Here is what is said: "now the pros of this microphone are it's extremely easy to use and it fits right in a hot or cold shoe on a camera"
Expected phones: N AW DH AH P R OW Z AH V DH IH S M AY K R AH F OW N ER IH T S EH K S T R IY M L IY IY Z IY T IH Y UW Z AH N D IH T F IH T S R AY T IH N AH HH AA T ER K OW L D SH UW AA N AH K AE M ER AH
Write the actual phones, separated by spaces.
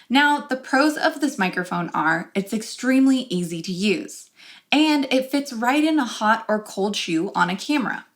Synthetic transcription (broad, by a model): N AW DH AH P R OW Z AH V DH IH S M AY K R AH F OW N ER IH T S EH K S T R IY M L IY IY Z IY T IH Y UW Z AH N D IH T F IH T S R AY T IH N AH HH AA T ER K OW L D SH UW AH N AH K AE M ER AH